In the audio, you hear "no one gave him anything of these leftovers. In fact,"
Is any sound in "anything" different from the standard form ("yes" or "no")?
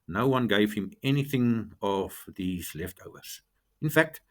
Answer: no